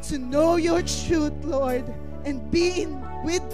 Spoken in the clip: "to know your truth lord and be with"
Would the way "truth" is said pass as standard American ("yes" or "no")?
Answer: no